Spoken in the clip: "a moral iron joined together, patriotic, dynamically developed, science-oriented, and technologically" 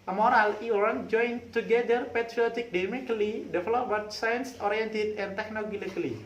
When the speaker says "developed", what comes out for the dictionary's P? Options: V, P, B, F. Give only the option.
B